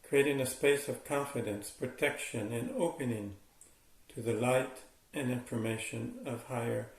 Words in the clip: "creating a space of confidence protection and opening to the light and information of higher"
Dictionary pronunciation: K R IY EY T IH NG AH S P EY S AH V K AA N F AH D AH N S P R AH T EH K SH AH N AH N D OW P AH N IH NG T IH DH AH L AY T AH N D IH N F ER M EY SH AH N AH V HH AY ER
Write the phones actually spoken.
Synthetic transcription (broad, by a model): K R IY EY T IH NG AH S P EY S AH V K AA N F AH D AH N S P R AH T EH K SH AH N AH N OW P AH N IH NG T IH DH AH L AY T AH N IH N F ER M EY SH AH N AH V HH AY ER